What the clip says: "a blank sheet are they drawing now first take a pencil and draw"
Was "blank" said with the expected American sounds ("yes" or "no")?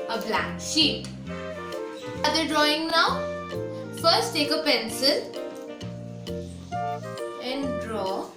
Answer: no